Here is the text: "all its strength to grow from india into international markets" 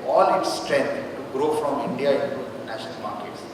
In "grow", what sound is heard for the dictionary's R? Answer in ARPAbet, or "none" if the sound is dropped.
R